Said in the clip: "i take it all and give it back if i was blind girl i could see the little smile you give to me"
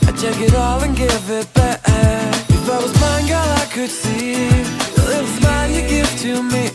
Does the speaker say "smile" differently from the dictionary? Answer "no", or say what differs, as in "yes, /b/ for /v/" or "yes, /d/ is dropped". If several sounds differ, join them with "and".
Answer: yes, /n/ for /l/